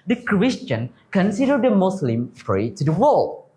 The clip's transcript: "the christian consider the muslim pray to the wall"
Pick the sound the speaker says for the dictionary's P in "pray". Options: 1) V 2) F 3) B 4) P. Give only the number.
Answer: 2